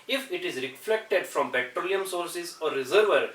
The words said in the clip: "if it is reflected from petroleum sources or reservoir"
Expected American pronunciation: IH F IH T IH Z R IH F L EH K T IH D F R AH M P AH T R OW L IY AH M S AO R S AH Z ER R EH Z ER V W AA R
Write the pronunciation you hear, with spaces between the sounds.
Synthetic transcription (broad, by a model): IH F IH T IH Z R IH F L EH K T IH D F R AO M B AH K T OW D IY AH M S AO R S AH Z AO R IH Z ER V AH R